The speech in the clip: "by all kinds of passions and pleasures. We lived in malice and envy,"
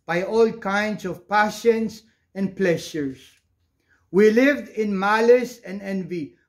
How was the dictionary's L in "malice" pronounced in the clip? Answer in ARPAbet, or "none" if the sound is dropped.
L